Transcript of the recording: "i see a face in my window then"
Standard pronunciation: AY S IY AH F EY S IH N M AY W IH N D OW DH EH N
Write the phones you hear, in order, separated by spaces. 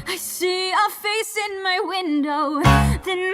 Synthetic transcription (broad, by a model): AY S IY AH F EY S IH N M AY W IH N D OW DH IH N